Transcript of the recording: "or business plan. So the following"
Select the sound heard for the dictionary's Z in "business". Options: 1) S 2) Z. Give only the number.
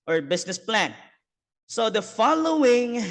1